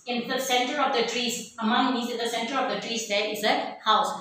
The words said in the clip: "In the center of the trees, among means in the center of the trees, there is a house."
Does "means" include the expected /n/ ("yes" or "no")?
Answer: no